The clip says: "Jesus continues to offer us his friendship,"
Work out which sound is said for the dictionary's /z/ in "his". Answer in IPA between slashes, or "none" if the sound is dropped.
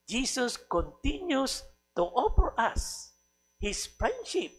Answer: /s/